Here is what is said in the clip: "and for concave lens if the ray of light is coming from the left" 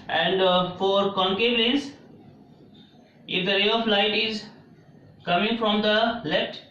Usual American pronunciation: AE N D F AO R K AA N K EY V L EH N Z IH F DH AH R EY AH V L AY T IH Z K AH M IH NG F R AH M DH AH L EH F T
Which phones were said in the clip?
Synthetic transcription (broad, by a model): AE N D F AO R K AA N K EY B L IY Z IH F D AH R EY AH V L AY T IH Z K AH M IH NG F R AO M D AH L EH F T